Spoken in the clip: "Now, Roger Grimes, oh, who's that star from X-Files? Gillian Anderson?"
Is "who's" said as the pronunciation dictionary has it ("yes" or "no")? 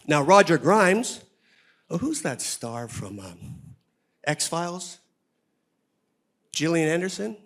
yes